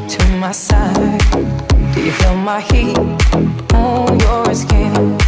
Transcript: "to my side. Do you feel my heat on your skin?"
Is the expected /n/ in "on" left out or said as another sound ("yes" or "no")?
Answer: yes